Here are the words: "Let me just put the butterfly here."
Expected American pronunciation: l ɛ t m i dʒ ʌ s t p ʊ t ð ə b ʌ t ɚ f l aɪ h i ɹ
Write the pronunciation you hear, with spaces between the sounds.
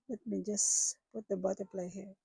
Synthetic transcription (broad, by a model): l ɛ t m i dʒ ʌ s p ʊ t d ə b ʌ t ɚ p l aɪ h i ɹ